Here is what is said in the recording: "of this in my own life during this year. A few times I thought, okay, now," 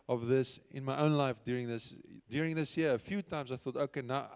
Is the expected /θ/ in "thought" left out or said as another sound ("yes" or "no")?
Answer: no